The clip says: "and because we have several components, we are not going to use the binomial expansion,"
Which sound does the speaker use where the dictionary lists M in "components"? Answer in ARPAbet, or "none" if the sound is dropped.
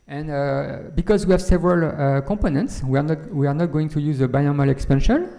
M